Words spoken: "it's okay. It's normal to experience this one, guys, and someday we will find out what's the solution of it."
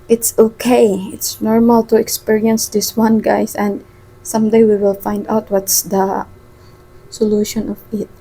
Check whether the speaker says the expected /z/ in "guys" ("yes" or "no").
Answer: no